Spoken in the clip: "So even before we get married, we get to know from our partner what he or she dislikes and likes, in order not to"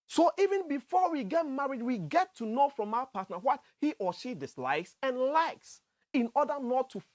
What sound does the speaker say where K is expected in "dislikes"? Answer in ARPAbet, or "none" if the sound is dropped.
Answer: K